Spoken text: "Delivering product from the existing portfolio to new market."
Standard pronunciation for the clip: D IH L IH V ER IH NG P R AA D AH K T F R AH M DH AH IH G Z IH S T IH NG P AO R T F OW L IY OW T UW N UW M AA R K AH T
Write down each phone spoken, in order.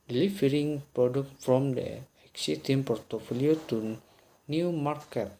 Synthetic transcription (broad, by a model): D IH L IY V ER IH NG P R AA D AH K T F R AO M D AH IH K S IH T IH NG P AO R T F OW L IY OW T UW N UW M AA R K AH T